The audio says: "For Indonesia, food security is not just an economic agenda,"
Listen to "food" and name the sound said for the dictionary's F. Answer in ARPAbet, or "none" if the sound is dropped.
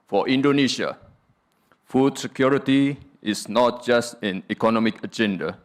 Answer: F